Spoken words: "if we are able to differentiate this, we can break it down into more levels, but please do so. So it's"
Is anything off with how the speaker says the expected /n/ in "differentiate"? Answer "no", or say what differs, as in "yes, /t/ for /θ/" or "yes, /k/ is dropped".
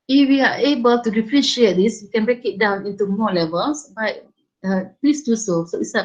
yes, /n/ is dropped